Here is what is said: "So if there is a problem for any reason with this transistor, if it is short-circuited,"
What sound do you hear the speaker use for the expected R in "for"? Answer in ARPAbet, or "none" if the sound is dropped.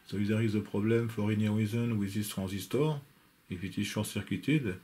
R